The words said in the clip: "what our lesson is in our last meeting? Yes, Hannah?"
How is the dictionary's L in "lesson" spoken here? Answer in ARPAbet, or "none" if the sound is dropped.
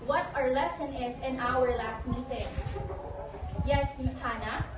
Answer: L